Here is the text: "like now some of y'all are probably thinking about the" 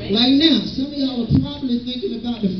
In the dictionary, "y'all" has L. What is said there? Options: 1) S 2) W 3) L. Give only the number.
2